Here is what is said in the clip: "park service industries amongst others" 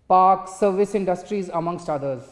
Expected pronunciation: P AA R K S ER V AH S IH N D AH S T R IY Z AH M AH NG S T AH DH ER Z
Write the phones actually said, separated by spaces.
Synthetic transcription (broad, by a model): P AA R K S ER V AH S IH N D AH S T R IY Z AH M AH NG S T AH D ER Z